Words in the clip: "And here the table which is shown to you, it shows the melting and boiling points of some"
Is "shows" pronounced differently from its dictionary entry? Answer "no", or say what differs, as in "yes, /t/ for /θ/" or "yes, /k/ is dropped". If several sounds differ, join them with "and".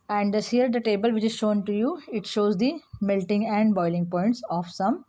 no